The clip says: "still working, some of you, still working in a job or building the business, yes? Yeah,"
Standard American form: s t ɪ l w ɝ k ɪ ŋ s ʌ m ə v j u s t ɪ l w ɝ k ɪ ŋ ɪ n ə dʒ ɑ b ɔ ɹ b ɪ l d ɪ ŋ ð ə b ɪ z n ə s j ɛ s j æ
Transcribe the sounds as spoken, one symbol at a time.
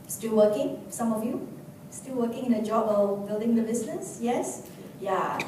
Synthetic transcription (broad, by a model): s t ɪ l w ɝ k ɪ ŋ s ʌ m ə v j u s t ɪ l w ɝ k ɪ ŋ ɪ n ə dʒ ɑ b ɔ l b ɪ l d ɪ ŋ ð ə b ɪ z n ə s j ɛ s j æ